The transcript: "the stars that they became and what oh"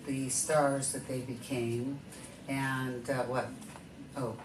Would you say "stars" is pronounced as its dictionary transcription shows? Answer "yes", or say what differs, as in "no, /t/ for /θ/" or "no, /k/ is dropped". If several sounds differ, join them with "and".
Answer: yes